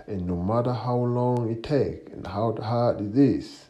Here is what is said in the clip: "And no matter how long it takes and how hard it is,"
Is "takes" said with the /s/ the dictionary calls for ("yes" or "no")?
no